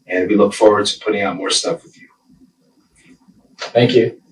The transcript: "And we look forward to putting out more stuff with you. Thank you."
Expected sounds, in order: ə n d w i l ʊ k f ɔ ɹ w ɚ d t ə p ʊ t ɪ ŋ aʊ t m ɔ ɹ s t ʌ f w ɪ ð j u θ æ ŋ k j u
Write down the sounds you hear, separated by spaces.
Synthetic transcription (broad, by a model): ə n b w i l ʊ k f ɔ ɹ w ɚ d t ə p ʊ t ɪ ŋ aʊ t m ɔ ɹ s t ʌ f w ɪ ð j u θ æ ŋ k j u